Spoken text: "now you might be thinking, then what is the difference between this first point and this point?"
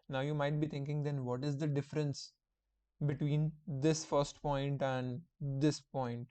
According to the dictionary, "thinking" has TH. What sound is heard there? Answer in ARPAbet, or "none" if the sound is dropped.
T